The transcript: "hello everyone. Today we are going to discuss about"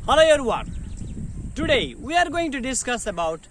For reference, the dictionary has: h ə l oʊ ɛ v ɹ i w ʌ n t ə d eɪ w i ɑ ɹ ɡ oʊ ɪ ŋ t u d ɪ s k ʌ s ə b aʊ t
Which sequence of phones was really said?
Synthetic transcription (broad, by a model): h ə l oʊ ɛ ɹ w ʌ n t ə d eɪ w i ɑ ɹ ɡ oʊ ɪ ŋ t u d ɪ s k ʌ s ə b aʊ t